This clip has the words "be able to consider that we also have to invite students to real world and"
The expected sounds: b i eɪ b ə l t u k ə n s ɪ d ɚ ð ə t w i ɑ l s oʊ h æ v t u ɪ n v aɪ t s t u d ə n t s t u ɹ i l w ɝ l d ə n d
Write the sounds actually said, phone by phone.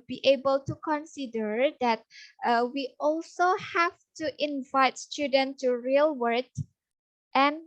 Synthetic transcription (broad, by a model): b i eɪ b ə l t u k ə n s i d ɚ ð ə t w i ɑ l s oʊ h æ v t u ɪ n v aɪ t s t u d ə n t t u ɹ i l w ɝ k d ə n